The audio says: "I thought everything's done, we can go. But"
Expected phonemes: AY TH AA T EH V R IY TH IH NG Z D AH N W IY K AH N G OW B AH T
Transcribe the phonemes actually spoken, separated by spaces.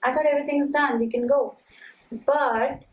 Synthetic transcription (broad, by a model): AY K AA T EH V R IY T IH NG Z D AH N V IY K AH N G OW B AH T